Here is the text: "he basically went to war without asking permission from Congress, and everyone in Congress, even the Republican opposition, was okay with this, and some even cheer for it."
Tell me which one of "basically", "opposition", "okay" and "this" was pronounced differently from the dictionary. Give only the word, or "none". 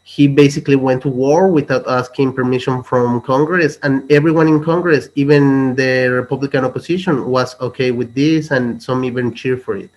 opposition